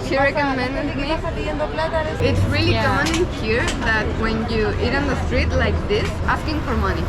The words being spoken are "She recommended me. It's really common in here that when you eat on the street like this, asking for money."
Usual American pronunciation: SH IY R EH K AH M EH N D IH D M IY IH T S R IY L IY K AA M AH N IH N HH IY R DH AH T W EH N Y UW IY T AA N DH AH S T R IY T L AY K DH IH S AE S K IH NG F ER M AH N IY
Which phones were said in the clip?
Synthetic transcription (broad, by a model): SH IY R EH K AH M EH N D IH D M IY IH T S R IY L IY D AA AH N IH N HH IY R DH AH T W EH N Y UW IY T N DH AH S T R IY T L AY K DH IH S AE S K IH NG F ER M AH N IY